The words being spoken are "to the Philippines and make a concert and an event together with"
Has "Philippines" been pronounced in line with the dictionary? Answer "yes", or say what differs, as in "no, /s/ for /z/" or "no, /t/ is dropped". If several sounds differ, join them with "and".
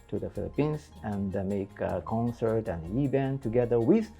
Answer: no, /s/ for /z/